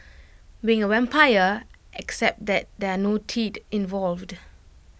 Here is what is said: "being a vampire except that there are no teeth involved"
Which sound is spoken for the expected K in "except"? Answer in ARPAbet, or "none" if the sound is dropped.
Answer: K